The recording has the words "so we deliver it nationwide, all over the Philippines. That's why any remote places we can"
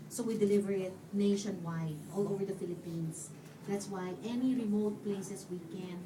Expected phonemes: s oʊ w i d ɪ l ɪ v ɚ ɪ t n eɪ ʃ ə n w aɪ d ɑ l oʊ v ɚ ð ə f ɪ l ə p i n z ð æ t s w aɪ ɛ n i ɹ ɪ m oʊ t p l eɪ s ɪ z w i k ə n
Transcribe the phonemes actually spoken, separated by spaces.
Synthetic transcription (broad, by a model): s oʊ w i d ɪ l ɪ v ɚ ɪ t n eɪ ʃ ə n w aɪ d ɑ l oʊ v ɚ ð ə f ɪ l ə p i n s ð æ t s w aɪ ɛ n i ɹ ɪ m oʊ t p l eɪ s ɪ s w i k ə n